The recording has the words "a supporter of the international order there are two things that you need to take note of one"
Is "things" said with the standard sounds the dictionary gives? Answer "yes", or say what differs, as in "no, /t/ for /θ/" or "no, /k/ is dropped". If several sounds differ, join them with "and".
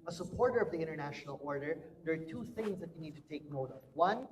yes